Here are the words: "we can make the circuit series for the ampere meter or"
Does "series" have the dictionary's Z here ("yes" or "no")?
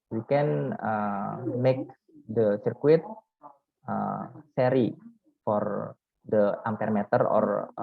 no